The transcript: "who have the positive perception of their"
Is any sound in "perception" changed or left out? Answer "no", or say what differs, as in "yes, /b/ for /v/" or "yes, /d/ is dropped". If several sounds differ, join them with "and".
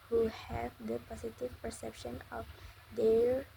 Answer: no